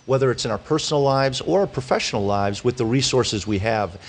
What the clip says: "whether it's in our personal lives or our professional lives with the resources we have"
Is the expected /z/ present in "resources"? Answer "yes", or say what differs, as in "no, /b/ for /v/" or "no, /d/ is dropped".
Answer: yes